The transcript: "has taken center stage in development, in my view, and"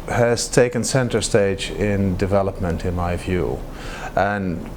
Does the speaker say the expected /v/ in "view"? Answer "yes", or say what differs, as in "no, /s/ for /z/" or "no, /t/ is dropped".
yes